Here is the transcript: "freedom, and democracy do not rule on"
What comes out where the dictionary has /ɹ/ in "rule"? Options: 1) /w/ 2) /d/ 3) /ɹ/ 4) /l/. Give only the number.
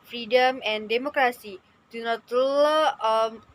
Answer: 4